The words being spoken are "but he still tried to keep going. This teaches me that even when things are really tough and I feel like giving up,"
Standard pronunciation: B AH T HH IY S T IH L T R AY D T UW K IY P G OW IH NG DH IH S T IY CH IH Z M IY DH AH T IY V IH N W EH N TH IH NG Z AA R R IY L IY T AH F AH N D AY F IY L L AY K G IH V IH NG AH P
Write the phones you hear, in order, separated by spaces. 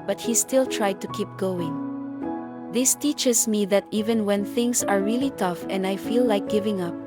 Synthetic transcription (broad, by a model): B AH T HH IY S T IH L T R AY D T UW K IY P G OW IH NG DH IH S T IY CH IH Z M IY DH AH T IY V IH N W EH N TH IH NG S AA R R IY L IY T AH F AH N D AY F IY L L AY K G IH V IH NG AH P